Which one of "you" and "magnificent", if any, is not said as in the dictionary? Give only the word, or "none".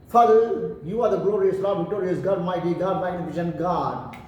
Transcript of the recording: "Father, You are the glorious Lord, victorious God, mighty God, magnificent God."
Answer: magnificent